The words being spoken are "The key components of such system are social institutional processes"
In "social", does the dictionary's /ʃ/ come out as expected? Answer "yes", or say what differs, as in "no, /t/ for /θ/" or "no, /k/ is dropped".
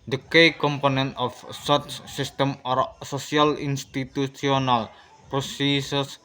no, /s/ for /ʃ/